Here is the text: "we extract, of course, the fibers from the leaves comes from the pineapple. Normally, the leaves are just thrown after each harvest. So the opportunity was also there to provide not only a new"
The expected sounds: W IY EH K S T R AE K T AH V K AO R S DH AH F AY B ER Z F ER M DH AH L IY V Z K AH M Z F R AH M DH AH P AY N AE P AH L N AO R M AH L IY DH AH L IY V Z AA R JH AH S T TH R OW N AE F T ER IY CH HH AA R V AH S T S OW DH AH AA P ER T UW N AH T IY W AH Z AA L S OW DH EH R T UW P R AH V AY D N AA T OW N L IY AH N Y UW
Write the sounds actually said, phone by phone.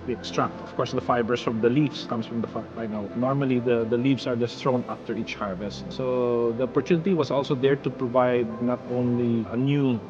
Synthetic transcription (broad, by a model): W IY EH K S T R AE K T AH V K AO R S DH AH F AY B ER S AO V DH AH L IY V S K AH M S F R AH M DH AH B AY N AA AH N AO R M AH L IY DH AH L IY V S AA R JH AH S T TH R OW N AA F T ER IY CH HH AA R V AH S T S OW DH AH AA P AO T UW N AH T IY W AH S AA L S OW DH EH R T UW P R AH V AY D N AA T OW N L IY AH N Y UW